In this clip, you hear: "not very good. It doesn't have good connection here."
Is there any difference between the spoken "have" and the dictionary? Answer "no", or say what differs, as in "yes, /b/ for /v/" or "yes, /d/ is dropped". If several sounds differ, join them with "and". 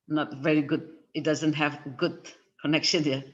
no